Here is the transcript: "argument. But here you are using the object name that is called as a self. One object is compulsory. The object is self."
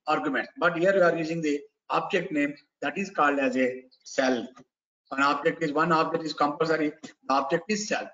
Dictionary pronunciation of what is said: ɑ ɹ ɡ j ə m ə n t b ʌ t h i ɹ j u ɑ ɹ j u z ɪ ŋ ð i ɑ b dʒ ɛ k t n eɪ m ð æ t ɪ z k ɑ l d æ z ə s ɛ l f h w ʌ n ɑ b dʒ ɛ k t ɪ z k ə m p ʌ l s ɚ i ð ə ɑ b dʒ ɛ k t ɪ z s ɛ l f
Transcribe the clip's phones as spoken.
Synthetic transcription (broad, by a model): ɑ ɹ ɡ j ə m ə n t b ʌ t h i ɹ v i ɑ ɹ j u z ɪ ŋ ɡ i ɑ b dʒ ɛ k t n eɪ m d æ t ɪ z k ɑ l d æ z ə s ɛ l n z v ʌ n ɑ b dʒ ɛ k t ɪ z k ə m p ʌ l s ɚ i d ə ɑ b dʒ ɛ k t ɪ z s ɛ l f